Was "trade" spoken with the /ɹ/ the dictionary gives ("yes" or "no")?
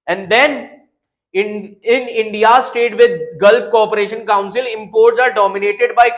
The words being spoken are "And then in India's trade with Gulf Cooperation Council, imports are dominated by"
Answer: no